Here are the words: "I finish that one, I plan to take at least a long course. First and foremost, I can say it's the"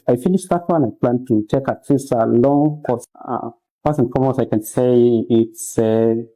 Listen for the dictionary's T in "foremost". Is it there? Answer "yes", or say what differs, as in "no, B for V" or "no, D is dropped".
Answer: no, T is dropped